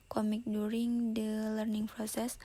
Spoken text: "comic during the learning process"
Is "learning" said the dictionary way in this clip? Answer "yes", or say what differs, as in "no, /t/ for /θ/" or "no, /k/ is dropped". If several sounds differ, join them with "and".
yes